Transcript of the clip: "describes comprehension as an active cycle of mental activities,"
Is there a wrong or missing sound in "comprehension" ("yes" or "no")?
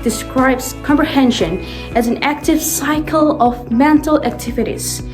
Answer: no